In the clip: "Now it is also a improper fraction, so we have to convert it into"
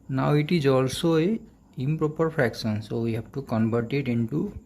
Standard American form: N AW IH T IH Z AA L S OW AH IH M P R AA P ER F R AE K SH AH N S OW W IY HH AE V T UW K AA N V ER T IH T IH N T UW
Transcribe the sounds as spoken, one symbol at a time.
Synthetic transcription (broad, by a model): N AW IH T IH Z AA L S OW AH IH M P R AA P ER P R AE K S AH N S OW W IY HH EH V T UW K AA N B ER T IH T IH N T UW